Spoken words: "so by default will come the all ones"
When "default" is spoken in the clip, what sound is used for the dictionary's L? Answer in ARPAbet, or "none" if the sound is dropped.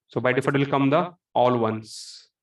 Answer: none